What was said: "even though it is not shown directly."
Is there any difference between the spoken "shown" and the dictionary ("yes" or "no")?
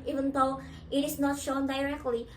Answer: no